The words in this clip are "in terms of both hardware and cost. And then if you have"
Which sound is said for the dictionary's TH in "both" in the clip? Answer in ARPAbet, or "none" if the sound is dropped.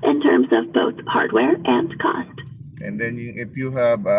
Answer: TH